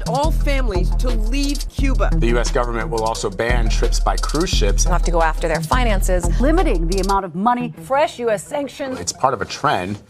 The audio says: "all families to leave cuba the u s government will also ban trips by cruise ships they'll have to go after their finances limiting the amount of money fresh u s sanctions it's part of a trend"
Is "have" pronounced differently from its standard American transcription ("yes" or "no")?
yes